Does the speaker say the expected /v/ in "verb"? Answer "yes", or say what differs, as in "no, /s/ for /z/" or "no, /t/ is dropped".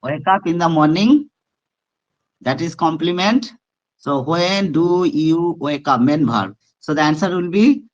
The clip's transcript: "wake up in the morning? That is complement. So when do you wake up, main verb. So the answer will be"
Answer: no, /b/ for /v/